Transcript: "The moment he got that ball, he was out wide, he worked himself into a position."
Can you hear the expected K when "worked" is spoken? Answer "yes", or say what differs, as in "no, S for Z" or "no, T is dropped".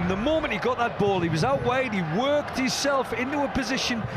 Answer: yes